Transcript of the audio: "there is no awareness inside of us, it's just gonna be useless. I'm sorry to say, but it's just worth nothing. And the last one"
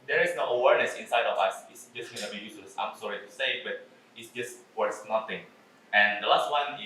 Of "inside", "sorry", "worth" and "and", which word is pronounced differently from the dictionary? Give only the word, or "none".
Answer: worth